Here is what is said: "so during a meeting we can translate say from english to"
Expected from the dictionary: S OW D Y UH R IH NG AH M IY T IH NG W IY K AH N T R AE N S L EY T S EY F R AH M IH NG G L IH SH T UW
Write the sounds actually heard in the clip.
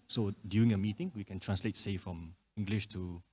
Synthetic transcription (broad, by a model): S OW D Y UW IH NG AH M IY T IH NG W IY K AH N T R AE N S L EY T S EY F R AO M IH NG G L IH SH T UW